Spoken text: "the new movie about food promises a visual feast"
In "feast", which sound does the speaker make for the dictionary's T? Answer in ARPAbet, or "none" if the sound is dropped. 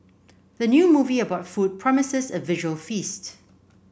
T